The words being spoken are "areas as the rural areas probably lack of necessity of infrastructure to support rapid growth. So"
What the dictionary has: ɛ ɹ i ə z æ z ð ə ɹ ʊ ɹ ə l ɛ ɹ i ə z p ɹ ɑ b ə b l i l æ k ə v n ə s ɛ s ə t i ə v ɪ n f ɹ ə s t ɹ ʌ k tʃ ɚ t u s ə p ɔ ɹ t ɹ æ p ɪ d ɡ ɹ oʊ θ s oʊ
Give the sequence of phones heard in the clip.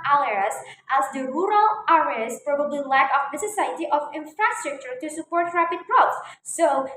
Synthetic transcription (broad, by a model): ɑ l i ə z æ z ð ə ɹ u ɹ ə l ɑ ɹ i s p ɹ ɑ b ə b l i l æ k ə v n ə s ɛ s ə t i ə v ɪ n f ɹ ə s t ɹ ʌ k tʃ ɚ t u s ə p ɔ ɹ t ɹ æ p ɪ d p ɹ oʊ s s oʊ